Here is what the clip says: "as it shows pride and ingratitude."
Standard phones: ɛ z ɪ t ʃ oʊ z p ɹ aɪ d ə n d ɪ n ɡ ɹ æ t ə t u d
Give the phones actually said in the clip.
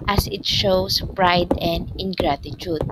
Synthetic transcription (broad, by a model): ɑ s ɪ t ʃ oʊ s p ɹ aɪ d ə n d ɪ n ɡ ɹ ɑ t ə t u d